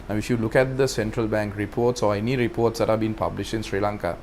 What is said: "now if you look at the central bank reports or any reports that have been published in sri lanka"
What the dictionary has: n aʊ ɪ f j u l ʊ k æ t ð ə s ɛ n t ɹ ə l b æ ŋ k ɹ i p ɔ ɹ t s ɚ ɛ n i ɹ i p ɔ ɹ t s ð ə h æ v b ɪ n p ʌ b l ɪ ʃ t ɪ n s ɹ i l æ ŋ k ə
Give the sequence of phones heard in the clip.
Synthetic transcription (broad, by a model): n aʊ ɪ f j u l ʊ k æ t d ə s ɛ n t ɹ ə l b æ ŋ k ɹ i p ɔ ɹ t s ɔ ɛ n i ɹ i p ɔ ɹ t s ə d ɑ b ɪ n p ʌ b l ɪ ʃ ɪ n s ɹ i l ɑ ŋ k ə